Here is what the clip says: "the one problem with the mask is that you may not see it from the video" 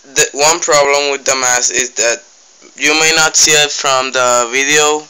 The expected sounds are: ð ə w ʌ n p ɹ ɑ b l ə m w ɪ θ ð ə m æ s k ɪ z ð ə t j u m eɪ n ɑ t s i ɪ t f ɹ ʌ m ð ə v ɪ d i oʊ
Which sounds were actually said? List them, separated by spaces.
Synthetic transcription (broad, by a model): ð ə w ʌ n p ɹ ɑ b l ə m w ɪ ð ə m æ s ɪ z ð ə t j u m eɪ n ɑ t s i ɪ t f ɹ ʌ m ð ə v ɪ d i oʊ